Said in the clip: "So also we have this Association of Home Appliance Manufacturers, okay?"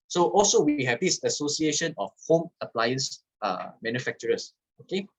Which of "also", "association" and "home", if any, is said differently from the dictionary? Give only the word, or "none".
none